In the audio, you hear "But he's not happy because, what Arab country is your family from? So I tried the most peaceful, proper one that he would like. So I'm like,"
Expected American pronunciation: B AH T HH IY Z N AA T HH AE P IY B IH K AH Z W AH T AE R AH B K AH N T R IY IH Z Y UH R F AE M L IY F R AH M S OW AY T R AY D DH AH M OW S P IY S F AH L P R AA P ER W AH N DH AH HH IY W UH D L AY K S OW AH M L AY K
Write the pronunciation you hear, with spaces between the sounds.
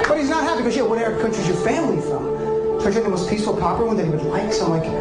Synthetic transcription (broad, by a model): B AH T HH IY Z N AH T HH AE P IY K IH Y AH W AH T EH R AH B K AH N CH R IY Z Y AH R F AE M L IY F R AH M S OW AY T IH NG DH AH M OW S P IY S F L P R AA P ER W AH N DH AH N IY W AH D L AY K S AH M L AY K